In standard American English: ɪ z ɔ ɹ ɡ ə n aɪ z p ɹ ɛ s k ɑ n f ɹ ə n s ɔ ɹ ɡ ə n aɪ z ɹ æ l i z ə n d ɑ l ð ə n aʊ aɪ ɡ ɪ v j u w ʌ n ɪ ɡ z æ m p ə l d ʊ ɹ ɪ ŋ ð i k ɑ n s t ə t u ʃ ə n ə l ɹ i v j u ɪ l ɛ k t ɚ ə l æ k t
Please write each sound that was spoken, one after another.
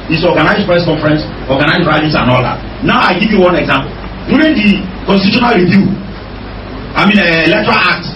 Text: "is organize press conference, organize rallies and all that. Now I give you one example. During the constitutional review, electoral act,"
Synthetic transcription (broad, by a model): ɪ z ɔ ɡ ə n aɪ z p ɹ ɛ s k ɑ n f ɹ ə n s ɔ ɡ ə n aɪ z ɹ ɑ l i s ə n ɑ l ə n aʊ aɪ ɡ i v j u w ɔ n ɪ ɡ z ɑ m p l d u ɹ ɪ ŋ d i k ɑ n s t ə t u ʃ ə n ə l ɹ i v j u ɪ l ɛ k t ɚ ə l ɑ k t